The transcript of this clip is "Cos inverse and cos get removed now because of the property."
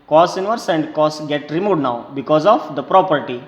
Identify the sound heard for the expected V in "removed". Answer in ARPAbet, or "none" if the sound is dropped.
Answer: none